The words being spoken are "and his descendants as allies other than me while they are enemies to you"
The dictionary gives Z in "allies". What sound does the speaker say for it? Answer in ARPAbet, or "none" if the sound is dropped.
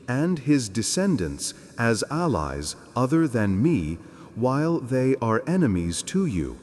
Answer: Z